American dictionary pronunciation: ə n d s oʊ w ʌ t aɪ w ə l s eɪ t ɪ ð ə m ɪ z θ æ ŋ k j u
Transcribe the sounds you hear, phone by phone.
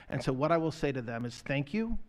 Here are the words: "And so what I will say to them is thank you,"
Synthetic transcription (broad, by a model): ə n s oʊ w ʌ t aɪ w ə l s eɪ t ɪ ð ə m ɪ z θ æ ŋ k j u